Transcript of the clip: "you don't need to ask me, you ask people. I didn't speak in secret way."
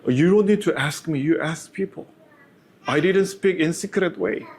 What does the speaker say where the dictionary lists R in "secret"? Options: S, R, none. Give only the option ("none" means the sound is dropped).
R